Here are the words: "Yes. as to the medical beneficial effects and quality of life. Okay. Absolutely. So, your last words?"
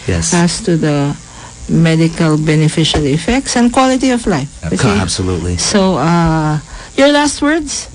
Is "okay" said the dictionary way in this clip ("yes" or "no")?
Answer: no